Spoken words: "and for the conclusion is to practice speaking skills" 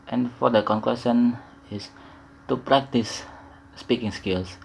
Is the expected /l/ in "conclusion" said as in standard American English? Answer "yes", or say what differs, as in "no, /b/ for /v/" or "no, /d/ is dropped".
no, /w/ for /l/